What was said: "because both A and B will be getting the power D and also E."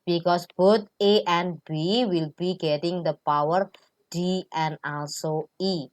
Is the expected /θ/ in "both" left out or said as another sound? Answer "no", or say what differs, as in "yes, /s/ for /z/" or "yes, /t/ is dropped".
yes, /t/ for /θ/